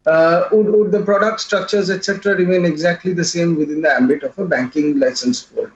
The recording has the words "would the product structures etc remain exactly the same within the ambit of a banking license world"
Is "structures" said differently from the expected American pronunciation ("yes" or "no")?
no